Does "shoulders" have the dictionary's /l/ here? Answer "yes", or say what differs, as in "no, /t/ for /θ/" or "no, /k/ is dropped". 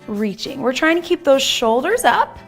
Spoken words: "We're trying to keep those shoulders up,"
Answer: yes